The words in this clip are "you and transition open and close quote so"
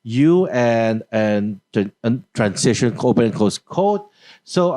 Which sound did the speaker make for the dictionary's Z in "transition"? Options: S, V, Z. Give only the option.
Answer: S